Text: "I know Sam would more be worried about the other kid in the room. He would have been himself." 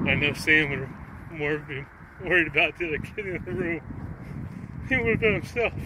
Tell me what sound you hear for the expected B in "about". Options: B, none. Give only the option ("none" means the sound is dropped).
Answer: B